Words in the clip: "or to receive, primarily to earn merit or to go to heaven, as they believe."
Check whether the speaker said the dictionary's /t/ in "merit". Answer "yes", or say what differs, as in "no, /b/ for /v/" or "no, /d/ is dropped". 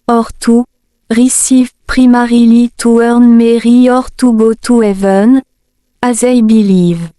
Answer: no, /t/ is dropped